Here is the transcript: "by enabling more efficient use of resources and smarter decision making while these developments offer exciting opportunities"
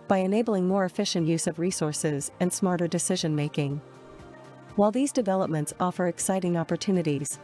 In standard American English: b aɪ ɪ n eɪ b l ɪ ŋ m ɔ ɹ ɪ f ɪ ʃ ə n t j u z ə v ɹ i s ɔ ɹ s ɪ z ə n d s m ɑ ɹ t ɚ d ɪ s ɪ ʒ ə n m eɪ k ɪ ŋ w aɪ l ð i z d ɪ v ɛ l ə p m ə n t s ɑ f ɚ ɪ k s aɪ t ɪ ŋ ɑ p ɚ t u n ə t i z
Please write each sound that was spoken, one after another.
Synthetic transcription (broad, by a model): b aɪ ɪ n eɪ b l ɪ ŋ m ɔ ɹ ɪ f ɪ ʃ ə n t j u z ə v ɹ i s ɔ ɹ s ɪ z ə n s m ɑ ɹ t ɚ d ɪ s ɪ ʒ ə n m eɪ k ɪ ŋ w aɪ l ð i z d ɪ v ɛ l ə p m ə n t s ɑ f ɚ ɪ k s aɪ t ɪ ŋ ɑ p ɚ t u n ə t i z